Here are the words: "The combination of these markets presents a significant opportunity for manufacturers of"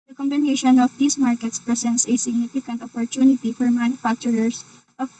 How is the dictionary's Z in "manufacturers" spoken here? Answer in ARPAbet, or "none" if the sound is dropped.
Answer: S